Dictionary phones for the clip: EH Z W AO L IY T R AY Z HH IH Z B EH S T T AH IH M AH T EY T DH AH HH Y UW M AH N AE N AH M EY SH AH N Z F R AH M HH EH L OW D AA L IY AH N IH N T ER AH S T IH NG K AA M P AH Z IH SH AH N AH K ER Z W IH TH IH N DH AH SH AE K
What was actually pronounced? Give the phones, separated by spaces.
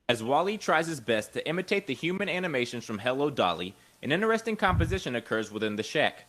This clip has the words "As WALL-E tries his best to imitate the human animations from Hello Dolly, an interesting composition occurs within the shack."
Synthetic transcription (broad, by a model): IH Z W AO L IY T R AY Z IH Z B EH S T T IH M AH T EY T DH AH HH Y UW M AH N AE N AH M EY SH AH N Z F R AH M HH EH L OW D AA L IY AH N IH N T ER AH S T IH NG K AA M P AH Z IH SH AH N AH K ER Z W IH TH IH N DH AH SH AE K